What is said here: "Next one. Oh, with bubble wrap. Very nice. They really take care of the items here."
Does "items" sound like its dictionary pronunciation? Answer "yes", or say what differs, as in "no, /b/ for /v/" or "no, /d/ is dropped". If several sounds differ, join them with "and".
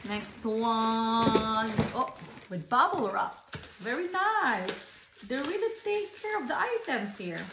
no, /s/ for /z/